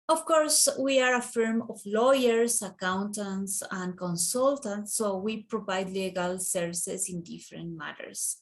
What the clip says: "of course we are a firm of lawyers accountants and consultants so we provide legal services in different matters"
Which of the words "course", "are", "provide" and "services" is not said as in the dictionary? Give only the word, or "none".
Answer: services